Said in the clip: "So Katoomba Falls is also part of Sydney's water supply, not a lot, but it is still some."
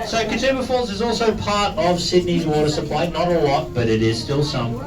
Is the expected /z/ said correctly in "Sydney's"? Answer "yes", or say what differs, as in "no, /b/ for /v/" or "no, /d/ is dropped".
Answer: yes